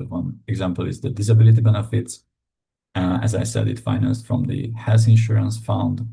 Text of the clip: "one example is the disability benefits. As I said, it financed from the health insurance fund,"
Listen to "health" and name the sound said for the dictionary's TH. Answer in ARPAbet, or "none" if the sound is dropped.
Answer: S